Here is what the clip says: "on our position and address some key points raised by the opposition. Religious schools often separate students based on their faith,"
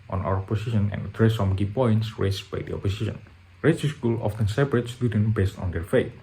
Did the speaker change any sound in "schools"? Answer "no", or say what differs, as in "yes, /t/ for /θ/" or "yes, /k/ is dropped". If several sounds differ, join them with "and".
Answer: yes, /z/ is dropped